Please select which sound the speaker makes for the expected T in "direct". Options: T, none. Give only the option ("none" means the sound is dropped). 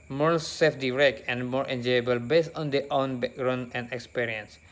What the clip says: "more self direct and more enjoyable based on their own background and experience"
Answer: none